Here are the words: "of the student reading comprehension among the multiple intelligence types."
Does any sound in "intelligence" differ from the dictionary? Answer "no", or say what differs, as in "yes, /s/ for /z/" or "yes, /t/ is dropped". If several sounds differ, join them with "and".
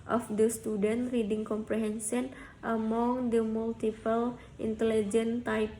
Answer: yes, /s/ is dropped